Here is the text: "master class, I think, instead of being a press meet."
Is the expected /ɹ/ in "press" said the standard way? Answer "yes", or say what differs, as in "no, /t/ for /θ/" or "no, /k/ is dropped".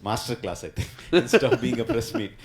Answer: yes